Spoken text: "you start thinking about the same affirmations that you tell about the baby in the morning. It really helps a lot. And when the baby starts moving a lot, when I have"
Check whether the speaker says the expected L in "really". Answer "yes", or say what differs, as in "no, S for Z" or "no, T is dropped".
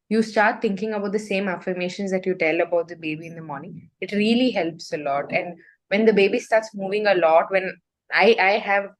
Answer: yes